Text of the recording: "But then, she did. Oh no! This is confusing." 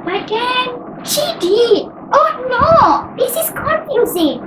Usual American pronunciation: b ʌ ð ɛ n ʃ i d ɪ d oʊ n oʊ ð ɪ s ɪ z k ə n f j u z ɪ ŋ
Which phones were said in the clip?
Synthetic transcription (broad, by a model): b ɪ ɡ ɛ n ʃ i d ɪ d oʊ n oʊ ð ɪ s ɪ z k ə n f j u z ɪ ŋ